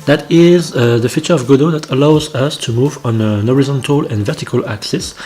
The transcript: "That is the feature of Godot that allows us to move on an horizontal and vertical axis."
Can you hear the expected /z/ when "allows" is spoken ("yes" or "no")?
yes